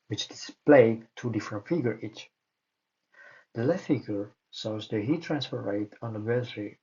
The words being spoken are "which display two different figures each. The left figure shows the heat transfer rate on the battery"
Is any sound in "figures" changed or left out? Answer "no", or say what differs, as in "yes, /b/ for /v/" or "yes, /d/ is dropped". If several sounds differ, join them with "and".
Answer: yes, /z/ is dropped